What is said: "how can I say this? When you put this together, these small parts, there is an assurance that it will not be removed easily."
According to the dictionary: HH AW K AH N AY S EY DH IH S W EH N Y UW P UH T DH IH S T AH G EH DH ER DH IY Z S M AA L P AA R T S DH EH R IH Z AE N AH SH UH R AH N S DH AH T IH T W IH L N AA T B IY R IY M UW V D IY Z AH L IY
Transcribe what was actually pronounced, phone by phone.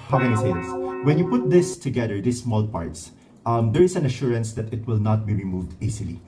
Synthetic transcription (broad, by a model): HH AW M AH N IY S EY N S W EH N Y UW P UH T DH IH S T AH G EH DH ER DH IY S M AA L P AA R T S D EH R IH S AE N AH SH UH R AH N S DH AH T IH T W IH L N AA T B IY R IY M UW V D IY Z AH L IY